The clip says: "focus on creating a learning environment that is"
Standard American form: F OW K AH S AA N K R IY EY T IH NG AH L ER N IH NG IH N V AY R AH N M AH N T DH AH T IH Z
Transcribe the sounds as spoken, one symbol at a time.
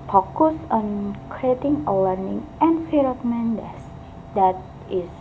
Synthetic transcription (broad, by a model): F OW K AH S AA N K R IY EY T IH NG AH L ER N IH NG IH N F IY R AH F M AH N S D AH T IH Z